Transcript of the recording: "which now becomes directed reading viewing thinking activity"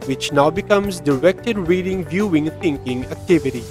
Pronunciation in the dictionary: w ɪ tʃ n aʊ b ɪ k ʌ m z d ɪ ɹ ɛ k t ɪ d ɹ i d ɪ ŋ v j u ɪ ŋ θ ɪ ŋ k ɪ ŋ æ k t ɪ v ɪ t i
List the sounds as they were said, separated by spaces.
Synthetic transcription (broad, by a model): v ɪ tʃ n aʊ b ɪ k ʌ m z d ɪ ɹ ɛ k t ɪ d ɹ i d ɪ ŋ v j u ɪ ŋ t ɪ ŋ k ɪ ŋ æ k t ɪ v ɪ t i